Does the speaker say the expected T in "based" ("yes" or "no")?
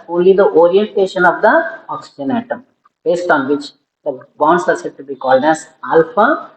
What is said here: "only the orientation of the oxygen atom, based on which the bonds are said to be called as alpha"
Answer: yes